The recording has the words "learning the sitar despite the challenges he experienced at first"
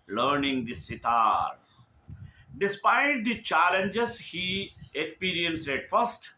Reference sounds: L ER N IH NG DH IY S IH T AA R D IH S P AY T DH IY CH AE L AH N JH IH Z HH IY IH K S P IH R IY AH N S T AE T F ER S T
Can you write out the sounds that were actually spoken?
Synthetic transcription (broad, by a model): L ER N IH NG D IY S IH T AA R D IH S P AY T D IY CH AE L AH N JH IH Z HH IY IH K S P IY R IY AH N S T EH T F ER S T